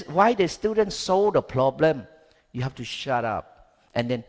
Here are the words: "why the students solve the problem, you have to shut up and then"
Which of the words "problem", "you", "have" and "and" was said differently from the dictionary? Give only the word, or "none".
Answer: have